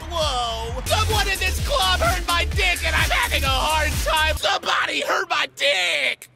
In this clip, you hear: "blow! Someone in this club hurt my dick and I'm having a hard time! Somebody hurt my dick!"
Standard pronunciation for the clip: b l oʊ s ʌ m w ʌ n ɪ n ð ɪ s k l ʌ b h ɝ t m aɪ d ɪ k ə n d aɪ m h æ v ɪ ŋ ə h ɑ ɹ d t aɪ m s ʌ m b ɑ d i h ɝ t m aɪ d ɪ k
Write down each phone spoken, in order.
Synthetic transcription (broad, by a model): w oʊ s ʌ w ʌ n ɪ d ð ɪ s k l ʌ b h ɝ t m aɪ d ɪ k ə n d aɪ m h æ v ɪ ŋ ə h ɑ ɹ d t aɪ m s ʌ m b ɑ d i h ɝ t m aɪ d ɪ k